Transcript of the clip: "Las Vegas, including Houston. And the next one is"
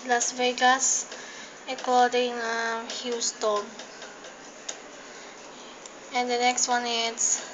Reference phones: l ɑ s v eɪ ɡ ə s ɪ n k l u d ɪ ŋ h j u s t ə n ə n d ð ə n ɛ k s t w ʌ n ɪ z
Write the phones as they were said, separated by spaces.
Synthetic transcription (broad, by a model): l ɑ s v eɪ ɡ ə s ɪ k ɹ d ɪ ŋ h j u s t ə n ə n d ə n ɛ k s t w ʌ n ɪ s